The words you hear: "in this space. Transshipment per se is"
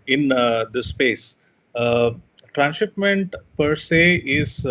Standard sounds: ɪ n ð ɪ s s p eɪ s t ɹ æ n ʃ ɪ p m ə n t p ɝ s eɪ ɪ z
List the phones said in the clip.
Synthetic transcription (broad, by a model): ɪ n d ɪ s s p eɪ s t ɹ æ n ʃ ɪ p m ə n t p ɝ s eɪ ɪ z